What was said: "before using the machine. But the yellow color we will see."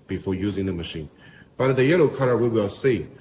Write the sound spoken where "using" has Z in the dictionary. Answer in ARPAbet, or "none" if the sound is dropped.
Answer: Z